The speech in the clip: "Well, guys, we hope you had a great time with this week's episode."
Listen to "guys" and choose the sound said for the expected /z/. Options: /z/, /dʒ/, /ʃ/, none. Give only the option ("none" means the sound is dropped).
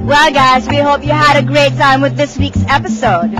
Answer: /z/